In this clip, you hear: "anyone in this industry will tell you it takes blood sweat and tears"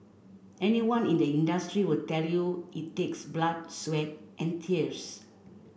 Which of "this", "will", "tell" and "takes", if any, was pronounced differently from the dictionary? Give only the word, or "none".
this